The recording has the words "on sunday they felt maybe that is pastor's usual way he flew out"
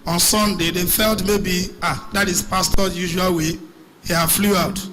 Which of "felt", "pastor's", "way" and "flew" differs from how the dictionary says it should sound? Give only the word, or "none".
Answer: pastor's